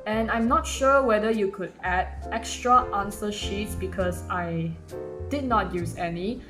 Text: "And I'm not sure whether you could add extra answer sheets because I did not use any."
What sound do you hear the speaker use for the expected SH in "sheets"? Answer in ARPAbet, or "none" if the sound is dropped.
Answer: SH